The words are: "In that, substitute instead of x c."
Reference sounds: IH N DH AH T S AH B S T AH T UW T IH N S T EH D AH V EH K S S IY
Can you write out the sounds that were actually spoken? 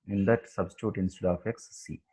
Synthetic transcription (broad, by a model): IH N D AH T S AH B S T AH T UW T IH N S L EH AH F EH K S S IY